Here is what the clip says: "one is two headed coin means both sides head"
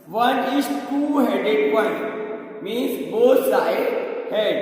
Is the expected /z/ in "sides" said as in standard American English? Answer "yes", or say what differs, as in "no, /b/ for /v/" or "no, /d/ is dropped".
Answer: no, /z/ is dropped